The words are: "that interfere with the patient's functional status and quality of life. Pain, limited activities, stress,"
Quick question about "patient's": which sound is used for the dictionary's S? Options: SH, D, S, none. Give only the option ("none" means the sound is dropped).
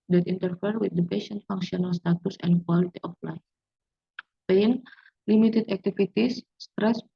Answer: none